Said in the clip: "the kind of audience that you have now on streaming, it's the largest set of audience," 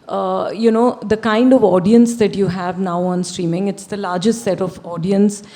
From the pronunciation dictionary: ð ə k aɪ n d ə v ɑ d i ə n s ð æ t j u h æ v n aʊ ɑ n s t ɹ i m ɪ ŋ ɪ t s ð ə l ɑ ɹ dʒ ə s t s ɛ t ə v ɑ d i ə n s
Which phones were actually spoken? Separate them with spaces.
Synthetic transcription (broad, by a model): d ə k aɪ n d ə v ɑ d i ə n s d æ t j u h æ v n aʊ ɑ n s t ɹ i m ɪ ŋ ɪ t s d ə l ɑ ɹ dʒ ə s t s ɛ t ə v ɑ d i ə n s